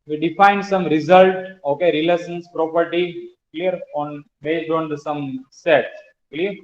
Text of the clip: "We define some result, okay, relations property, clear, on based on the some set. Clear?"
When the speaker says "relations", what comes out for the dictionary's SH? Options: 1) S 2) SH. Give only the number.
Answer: 1